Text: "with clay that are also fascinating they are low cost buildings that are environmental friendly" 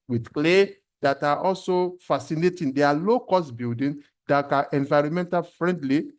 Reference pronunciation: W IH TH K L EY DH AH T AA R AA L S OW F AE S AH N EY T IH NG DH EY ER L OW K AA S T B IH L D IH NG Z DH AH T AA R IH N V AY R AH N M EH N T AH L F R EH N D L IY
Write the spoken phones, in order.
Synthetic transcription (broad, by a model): W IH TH K L EY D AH T AA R AA L S OW F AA S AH N EY T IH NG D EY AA L OW K AA S T B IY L D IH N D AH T AA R IH N V AY R AH N M EH N T AH L F R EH N D L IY